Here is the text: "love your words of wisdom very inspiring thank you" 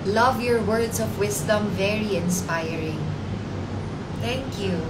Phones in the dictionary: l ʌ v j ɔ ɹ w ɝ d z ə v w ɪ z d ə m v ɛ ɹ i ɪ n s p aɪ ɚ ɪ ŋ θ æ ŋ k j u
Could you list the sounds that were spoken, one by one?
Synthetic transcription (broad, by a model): l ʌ v j ɔ ɹ w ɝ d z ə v w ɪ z d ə m v ɛ ɹ i ɪ n s p aɪ ɚ ɪ ŋ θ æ ŋ k j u